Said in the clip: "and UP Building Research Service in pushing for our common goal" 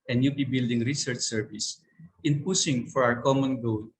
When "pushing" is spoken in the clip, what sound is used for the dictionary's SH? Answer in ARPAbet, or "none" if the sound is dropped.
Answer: S